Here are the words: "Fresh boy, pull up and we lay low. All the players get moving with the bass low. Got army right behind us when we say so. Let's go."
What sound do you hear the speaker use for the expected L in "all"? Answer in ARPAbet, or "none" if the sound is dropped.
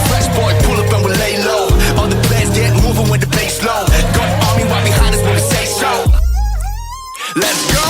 N